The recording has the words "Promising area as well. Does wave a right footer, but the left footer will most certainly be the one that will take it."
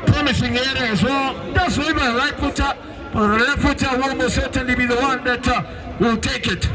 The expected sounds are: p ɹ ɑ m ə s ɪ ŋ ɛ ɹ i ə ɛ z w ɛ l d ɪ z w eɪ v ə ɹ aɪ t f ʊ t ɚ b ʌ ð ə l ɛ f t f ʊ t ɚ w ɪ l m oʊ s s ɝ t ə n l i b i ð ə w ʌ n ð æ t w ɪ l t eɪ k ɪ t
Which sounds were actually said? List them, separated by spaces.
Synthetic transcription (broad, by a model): p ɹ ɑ m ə s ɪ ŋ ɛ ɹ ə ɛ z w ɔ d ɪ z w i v ə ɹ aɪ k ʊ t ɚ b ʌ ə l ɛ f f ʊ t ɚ w ɪ l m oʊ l s ɝ t ə n l i b i ð ə w ʌ n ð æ t w ɪ l t eɪ k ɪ t